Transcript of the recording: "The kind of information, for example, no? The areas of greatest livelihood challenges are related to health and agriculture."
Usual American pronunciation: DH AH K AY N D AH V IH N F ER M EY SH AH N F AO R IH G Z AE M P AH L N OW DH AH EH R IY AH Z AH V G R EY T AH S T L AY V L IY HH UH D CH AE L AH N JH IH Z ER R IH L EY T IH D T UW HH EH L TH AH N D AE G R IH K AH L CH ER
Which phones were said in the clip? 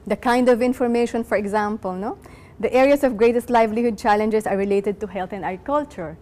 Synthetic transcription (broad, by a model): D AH K AY N D AH V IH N F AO M EY SH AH N F AO R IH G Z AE M P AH L N OW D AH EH R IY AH S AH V G R EY T AH S T L AY V L IY HH UH D CH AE L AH N JH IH S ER R IH L EY T IH D T UW HH EH L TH AH N D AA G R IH K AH L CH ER